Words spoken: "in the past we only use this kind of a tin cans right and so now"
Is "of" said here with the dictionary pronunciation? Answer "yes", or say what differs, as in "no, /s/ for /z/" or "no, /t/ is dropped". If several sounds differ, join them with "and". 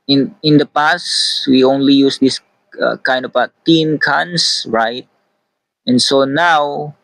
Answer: no, /b/ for /v/